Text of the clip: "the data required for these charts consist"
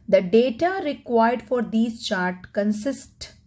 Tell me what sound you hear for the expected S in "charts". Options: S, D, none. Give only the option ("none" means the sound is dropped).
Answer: none